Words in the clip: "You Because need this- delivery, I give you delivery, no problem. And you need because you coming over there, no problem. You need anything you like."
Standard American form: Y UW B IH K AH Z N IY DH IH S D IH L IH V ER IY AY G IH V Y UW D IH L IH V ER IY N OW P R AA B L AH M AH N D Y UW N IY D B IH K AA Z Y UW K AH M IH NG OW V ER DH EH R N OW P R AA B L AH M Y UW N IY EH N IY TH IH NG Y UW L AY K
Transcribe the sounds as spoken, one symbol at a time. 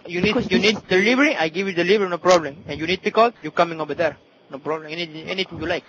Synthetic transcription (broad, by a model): Y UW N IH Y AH N IY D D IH L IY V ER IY AY G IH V Y UW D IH L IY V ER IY N OW P R AA B L AH M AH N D Y UW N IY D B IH K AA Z Y UW K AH M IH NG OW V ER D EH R N OW P R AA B L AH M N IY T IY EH N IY T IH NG Y UW L AY K